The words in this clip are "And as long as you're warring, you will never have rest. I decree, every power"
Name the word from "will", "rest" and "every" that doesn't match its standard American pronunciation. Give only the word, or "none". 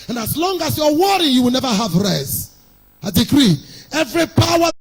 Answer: rest